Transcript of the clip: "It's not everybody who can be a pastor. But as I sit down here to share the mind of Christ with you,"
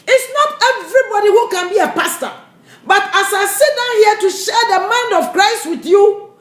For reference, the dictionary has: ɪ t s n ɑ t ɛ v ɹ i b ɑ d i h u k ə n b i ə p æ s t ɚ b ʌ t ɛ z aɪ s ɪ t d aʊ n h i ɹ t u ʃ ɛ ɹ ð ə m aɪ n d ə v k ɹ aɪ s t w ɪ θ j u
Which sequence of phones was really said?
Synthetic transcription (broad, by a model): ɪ t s n ɑ t ɛ v ɹ i b ɑ d i h u k ə n b i ə p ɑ s t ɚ b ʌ t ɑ s aɪ s ɪ t d aʊ n h i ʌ t u ʃ ɛ ɹ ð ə m aɪ n d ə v k ɹ aɪ s t w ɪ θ j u